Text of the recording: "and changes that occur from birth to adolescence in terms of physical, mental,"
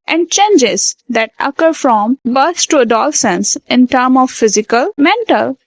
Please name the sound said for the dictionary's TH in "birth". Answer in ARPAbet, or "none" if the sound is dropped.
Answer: S